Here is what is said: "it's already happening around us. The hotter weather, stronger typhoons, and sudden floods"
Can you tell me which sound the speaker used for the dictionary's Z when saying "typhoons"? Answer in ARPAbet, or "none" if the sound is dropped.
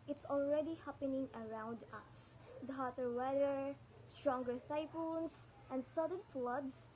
S